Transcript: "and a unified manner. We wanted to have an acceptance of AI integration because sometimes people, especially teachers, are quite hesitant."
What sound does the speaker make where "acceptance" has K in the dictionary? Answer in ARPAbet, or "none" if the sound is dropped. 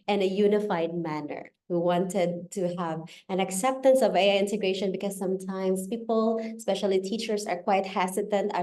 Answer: K